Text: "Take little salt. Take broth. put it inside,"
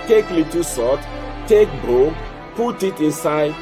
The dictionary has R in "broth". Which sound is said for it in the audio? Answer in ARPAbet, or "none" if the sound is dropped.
none